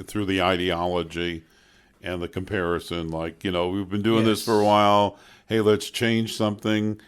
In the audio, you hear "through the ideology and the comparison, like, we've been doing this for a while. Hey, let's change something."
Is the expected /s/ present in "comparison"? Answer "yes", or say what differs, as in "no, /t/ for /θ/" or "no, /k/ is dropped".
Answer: yes